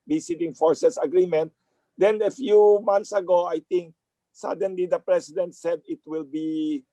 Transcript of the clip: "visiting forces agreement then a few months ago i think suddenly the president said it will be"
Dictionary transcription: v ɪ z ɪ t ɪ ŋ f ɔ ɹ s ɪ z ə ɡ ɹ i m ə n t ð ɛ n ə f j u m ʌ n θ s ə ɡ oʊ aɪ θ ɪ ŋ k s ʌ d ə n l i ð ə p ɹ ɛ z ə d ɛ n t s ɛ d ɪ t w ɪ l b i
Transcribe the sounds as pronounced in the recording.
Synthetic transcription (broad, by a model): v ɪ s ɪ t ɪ ŋ f ɔ ɹ s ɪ s ə ɡ ɹ i m ə n t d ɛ n ə f j u m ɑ n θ s ə ɡ oʊ aɪ t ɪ ŋ k s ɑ d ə n l i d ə p ɹ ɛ s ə d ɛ n t s ɛ d ɪ t w ɪ l b i